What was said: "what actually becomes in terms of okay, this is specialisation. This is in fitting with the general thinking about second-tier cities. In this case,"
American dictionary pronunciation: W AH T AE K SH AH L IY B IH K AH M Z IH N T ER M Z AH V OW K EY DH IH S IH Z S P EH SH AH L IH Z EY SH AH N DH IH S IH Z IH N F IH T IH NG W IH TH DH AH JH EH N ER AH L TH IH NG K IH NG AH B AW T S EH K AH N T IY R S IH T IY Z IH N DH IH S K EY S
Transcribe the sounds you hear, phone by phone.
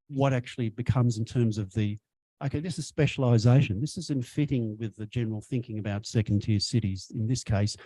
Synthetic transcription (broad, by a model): W AH T AE K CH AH L IY B IH K AH M Z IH N T ER M Z AH V OW K EY DH IH S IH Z S P EH SH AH L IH Z EY SH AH N DH IH S IH Z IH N F IH T IH NG W IH DH AH JH EH N ER L TH IH NG K IH NG AH B AW T S EH K N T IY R S IH T IY Z IH N DH IH S K EY S